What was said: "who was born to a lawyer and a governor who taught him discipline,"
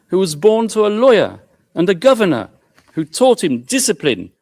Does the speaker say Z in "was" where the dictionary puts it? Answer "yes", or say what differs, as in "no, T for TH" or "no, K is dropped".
yes